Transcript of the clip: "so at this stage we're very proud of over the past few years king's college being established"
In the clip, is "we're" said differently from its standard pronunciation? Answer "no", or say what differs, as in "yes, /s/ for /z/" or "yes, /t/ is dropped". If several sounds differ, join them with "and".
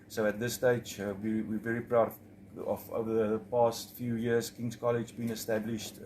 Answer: yes, /w/ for /ɹ/